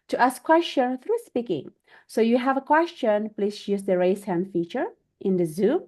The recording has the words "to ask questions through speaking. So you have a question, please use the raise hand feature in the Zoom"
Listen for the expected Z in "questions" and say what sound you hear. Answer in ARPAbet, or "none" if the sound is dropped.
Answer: none